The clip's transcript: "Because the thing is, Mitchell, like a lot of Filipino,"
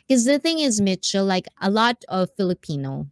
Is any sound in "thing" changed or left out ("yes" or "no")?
no